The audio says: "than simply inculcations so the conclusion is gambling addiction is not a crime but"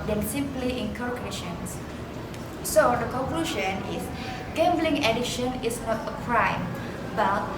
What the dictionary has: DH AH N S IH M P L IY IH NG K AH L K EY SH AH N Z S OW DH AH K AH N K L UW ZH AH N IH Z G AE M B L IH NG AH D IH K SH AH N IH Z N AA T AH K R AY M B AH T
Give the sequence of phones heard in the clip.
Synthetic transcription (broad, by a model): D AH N S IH M P L IY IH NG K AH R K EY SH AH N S S OW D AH K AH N K L UW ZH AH N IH S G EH M B L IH NG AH D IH SH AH N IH S N AA T AH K R AY M B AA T